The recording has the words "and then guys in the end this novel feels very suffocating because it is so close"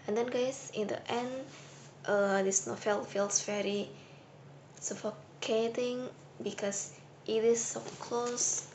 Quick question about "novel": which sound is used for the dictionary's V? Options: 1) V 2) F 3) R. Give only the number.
2